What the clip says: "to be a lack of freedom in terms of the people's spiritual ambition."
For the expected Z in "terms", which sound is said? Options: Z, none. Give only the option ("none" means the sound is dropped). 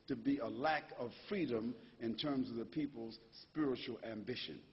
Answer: Z